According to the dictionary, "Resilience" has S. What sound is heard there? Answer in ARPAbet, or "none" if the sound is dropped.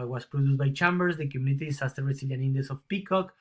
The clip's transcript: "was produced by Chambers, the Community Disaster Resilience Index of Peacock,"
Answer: none